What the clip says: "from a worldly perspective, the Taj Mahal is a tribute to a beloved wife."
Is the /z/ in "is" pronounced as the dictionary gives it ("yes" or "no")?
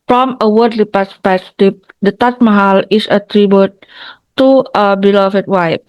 no